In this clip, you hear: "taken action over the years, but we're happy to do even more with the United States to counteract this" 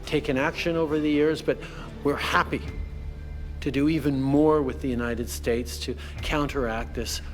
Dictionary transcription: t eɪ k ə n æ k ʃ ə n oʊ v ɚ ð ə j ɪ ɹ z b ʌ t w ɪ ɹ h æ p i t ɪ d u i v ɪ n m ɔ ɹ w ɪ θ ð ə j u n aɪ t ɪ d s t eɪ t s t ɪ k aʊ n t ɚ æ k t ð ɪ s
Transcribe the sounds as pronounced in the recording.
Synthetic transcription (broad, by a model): t eɪ k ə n æ k ʃ ə n oʊ v ɚ ð ə j ɪ ɹ z b ʌ t w ɪ ɹ h æ p i t ɪ d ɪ i v ɪ n m ɔ ɹ w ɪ ð ə j u n aɪ t ɪ d s t eɪ t s t ɪ k aʊ n t ɚ æ k t ð ɪ s